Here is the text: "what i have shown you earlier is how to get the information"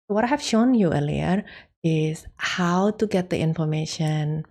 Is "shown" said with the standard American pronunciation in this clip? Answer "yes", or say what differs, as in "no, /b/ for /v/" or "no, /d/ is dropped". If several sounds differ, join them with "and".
yes